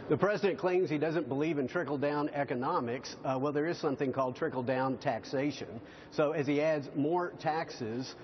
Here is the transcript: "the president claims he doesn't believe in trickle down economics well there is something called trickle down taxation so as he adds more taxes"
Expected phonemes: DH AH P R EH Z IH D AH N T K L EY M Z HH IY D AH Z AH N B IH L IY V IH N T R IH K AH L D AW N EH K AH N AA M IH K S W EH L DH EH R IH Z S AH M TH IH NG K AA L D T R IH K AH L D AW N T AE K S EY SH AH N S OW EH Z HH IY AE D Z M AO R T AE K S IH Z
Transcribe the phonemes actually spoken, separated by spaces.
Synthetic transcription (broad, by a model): DH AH P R EH Z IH D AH N K L EY M Z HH IY D AH Z AH N B IH L IY V IH N T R IH K L D AW N EH K AH N AA M IH K S W EH L DH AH R IH Z S AH M TH IH NG K AA L D T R IH K L D AW N T AE K S EY SH AH N S OW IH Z IY AE D Z M AO R T AE K S IH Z